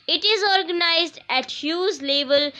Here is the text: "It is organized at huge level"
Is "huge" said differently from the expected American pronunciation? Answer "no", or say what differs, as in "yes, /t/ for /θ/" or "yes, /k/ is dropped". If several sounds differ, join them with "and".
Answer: yes, /z/ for /dʒ/